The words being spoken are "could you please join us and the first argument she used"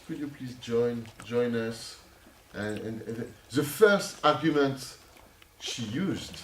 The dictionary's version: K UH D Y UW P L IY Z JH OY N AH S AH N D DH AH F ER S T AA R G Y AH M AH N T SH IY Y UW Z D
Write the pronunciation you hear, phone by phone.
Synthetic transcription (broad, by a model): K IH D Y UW P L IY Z JH OY N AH S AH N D DH AH F ER S T AA R G Y AH M AH N T SH IY Y UW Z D